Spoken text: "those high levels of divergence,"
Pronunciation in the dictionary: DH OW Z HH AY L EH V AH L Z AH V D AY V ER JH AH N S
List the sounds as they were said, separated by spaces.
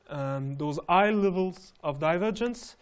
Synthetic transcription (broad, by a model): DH OW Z AY L EH V AH L Z AH V D AY V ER JH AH N S